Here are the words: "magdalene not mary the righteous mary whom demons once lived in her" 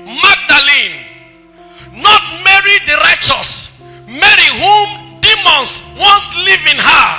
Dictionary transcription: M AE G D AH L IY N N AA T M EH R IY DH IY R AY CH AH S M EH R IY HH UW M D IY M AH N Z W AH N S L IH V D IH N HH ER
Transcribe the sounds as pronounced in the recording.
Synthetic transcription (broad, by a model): M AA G D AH L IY N N AA T M EH R IY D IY R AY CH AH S M EH R IY HH UW M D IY M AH N S W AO N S L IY V IH N HH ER